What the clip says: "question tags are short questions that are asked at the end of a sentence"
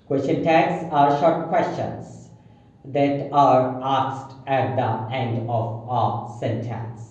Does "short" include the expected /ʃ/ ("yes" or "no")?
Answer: yes